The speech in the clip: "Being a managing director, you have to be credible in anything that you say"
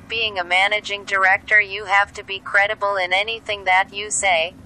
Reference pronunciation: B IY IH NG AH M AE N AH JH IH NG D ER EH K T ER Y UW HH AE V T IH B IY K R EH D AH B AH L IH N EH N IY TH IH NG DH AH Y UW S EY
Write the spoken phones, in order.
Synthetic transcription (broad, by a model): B IY IH NG AH M AE N AH JH IH NG D ER EH K T ER Y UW HH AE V T IH B IY K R EH D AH B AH L IH N EH N IY TH IH NG DH AH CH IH S EY